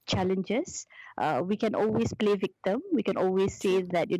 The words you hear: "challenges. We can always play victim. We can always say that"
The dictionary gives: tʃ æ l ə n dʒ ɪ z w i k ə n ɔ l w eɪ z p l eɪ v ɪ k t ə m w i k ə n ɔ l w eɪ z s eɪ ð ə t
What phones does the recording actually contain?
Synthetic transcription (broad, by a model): tʃ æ l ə n dʒ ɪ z w i k ə n ɔ l w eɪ s p l eɪ v ɪ k t ə m w i k ə n ɔ l w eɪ s eɪ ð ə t